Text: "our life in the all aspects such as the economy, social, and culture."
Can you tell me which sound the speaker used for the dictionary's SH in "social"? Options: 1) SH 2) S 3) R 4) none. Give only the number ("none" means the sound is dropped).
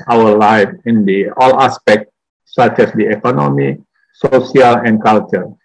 2